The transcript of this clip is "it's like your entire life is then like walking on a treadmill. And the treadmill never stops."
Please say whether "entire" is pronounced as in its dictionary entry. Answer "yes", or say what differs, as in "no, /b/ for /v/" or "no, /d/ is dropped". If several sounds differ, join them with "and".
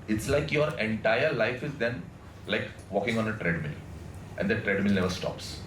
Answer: yes